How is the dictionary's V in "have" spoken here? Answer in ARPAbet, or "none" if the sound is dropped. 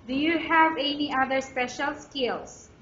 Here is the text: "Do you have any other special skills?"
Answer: V